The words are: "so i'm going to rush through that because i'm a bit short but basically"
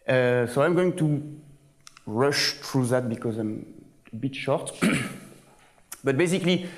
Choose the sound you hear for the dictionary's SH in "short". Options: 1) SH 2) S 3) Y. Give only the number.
1